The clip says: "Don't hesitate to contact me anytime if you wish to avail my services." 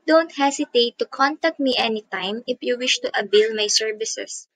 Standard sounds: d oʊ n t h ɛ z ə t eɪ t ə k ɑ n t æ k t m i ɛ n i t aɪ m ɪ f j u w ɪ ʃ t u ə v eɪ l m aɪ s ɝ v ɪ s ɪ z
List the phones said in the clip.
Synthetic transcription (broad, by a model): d oʊ n t h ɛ s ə t eɪ t ə k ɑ n t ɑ k t m i ɛ n i t aɪ m ɪ f j u w ɪ ʃ t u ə b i l m aɪ s ɝ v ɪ s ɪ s